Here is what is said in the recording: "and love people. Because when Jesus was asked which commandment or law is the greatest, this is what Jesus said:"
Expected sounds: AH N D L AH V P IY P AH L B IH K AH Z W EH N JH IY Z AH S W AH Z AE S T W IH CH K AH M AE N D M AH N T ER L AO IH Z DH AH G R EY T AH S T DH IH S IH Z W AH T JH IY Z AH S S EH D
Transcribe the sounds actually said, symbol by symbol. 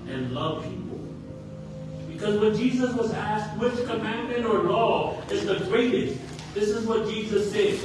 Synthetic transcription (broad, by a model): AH N L AH V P IY P L B IH K AH Z W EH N JH IY Z AH S W AH Z AE S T W IH CH K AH M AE N M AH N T ER L AO IH Z DH AH G R EY T AH S T DH IH S IH Z W AH T JH IY Z AH S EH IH